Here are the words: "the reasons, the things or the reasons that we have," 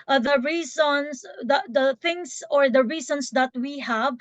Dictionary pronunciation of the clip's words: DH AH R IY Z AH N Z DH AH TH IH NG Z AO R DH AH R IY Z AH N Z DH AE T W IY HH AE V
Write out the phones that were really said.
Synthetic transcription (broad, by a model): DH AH R IY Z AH N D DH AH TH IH NG S AO R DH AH R IY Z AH N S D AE T W IY HH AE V